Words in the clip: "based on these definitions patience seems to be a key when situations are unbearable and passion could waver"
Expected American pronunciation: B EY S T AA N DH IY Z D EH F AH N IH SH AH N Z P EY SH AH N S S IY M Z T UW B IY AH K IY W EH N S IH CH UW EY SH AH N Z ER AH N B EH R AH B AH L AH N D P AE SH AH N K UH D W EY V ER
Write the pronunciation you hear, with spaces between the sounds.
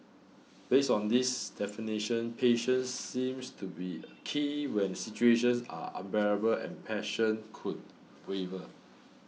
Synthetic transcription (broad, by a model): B EY S AA N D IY S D EH F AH N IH SH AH N P EY SH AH N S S IY M S T UW B IY AH K IY W EH N S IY CH UW EY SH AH N S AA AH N B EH R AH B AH L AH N P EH SH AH N K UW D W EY V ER